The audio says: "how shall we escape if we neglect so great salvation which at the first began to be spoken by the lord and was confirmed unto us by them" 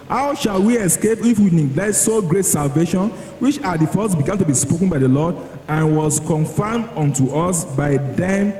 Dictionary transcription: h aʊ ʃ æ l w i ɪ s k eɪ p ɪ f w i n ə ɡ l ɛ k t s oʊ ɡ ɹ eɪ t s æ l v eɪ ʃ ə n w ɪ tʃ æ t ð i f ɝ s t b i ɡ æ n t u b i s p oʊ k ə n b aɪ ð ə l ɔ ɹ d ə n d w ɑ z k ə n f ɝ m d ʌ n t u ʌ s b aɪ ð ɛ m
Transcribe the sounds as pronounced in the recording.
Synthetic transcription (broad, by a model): h aʊ ʃ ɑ l w i ɪ s k eɪ p ɪ f w i n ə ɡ l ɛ t s oʊ ɡ ɹ eɪ t s æ l v eɪ ʃ ə n w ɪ tʃ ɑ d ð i f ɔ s b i ɡ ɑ n t u b i s p oʊ k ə n b aɪ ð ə l ɔ d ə n w ɑ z k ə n f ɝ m d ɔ n t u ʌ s b aɪ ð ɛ m